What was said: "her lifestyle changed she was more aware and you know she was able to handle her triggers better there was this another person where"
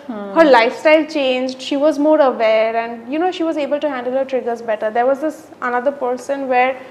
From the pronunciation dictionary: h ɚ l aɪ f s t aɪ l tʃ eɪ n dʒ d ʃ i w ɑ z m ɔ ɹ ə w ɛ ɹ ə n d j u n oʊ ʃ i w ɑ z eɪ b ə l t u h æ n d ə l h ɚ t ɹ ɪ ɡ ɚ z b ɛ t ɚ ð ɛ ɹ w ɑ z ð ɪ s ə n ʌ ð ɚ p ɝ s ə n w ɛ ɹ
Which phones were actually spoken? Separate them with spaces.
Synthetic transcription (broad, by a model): h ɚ l aɪ f s t aɪ l tʃ eɪ n dʒ d ʃ i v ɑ z m ɔ ɹ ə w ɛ ɹ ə n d j u n oʊ ʃ i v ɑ z eɪ b ə l t u h æ n d ə l h ɚ t ɹ ɪ ɡ ɚ z b ɛ t ɚ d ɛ ɹ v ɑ z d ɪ s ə n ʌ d ɚ p ɝ s ə n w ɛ ɹ